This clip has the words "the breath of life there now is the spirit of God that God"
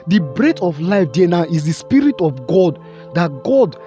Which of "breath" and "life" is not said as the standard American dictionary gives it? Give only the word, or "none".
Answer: breath